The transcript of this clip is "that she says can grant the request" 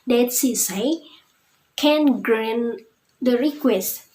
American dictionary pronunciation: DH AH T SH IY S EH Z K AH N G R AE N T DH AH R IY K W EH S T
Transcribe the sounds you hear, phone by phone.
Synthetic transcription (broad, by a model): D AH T S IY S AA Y K AH N G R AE N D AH R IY K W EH S T